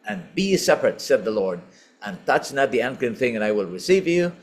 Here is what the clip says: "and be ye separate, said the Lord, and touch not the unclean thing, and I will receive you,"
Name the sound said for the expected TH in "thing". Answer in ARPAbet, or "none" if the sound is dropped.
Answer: TH